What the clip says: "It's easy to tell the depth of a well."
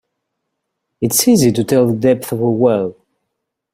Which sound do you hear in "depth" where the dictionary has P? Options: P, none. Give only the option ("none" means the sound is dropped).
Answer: P